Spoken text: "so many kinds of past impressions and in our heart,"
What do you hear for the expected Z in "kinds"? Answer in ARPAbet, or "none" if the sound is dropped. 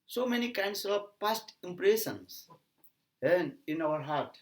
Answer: S